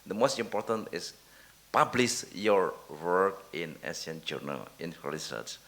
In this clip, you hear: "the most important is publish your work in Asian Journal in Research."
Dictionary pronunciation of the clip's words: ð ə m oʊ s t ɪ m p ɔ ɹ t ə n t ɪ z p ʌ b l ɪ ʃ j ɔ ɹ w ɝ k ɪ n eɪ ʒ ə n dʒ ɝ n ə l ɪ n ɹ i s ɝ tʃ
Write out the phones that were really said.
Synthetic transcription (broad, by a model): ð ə m oʊ s t ɪ m p ɔ ɹ t ə n t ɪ s p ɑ b l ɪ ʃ j ɔ ɹ w ɝ k ɪ n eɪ s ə n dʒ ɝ n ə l ɪ n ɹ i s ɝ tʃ